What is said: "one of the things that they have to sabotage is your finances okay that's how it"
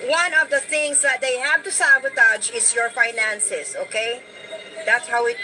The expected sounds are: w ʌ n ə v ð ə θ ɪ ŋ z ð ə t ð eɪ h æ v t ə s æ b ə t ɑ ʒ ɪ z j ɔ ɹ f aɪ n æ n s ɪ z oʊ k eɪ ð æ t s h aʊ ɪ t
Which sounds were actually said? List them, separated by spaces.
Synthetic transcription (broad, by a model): w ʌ n ə v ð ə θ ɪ ŋ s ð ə t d eɪ h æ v t ə s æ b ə t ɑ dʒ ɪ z j ɔ ɹ f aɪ n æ n s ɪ s oʊ k eɪ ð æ t s h aʊ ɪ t